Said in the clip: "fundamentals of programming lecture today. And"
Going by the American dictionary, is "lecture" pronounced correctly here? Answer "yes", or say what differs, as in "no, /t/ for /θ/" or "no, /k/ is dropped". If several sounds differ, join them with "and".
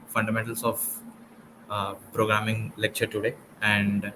yes